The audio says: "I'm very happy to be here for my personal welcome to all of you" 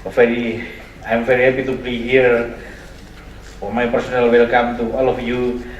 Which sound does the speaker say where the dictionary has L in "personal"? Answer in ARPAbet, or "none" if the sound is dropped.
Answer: L